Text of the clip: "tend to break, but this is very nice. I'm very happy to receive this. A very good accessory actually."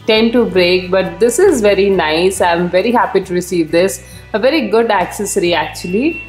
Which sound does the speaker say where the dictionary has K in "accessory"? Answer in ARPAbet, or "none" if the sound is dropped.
K